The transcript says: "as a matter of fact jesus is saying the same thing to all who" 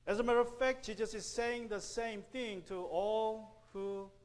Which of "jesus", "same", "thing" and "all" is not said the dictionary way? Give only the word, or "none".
jesus